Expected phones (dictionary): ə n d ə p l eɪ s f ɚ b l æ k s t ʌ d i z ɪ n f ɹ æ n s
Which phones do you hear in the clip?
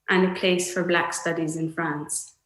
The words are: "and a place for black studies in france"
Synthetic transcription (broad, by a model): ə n ə p l eɪ s f ɚ b l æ k s t ʌ d i z ɪ n f ɹ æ n s